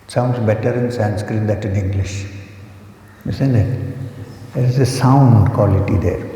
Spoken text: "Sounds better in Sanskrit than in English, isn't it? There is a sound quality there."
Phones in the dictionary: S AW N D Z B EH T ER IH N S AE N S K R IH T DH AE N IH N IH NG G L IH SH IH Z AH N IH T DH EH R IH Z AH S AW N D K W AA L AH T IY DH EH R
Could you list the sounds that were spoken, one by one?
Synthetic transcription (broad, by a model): S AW N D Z B EH T ER IH N S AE N S K R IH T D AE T IH N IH NG G L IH SH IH S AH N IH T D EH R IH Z AH S AW N D K W AA L AH T IY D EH R